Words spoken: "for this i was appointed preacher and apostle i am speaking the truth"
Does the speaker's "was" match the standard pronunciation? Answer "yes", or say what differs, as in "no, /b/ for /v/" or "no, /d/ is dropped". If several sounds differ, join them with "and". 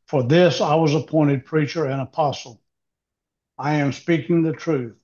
yes